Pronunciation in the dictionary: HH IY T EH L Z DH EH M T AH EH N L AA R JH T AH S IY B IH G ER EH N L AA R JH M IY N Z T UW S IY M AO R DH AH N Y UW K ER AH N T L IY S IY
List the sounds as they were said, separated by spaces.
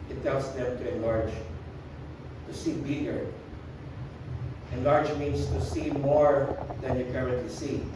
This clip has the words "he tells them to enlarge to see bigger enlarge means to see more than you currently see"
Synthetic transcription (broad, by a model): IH T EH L S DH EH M T AH EH N L AA R JH T AH S IY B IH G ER EH N L AA R JH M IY N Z T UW S IY M AO R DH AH N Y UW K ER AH N T L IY S IY